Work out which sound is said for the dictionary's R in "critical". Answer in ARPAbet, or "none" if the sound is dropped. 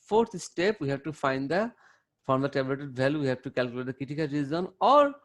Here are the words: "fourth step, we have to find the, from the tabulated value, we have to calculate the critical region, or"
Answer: none